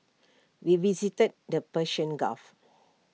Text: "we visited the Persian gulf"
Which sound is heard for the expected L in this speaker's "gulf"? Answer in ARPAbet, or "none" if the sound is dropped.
none